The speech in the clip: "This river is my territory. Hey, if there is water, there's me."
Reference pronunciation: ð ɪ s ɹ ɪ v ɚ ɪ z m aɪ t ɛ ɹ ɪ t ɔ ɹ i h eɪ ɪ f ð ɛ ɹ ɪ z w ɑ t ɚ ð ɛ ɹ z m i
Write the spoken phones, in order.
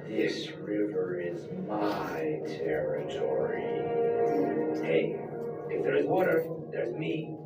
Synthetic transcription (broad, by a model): ð ɪ s ɹ ɪ v ɚ ɪ z m aɪ t ɛ ɹ ɪ t ɔ ɹ i h eɪ ɪ f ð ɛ ɹ ɪ z w ɑ t ɚ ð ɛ ɹ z m i